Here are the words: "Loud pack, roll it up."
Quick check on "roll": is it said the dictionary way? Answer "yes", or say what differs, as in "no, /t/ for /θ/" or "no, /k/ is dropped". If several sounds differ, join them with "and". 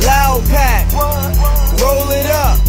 yes